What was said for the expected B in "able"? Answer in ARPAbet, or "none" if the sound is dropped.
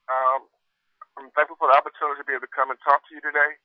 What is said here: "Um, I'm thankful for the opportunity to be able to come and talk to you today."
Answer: none